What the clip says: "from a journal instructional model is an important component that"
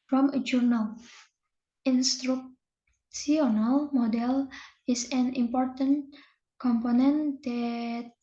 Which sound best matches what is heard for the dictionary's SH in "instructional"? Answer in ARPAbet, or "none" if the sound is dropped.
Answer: S